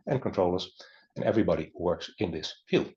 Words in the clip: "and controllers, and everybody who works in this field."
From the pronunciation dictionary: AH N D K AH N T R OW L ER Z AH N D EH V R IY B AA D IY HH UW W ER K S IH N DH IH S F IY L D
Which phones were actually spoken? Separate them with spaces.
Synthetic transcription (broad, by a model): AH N K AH N T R OW L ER S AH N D EH V R IY B AA D IY W ER K S IH N DH IH S F IY L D